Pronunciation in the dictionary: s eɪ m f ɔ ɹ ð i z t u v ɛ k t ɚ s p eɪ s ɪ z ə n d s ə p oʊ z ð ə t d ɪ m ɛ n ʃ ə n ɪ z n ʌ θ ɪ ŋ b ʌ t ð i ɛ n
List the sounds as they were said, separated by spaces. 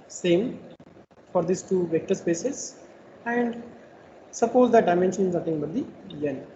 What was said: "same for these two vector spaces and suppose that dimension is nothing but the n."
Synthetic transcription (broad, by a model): s eɪ m f ɔ ɹ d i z t u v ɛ k t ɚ s p eɪ s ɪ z ə n d s ə p oʊ z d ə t d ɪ m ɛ n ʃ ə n ɪ z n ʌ t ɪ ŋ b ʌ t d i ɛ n